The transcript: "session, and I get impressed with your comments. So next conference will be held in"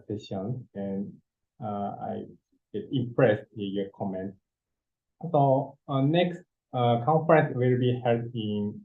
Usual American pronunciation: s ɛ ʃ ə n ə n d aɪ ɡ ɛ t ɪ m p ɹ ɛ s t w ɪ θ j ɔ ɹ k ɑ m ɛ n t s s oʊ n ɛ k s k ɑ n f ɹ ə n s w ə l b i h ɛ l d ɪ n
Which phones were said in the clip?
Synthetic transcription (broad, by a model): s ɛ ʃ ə n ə n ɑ aɪ ɡ ɛ t ɪ m p ɹ ɛ s t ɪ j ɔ k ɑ m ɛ n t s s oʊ n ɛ k s k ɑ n f ɹ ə n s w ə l b i h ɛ d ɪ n